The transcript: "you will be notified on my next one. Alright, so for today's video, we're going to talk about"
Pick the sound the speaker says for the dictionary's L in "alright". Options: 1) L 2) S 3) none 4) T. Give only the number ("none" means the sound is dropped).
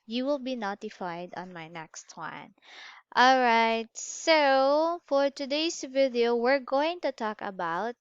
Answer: 1